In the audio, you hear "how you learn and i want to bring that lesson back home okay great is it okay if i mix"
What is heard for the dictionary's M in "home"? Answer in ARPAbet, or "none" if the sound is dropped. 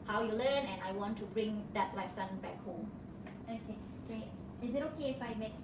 none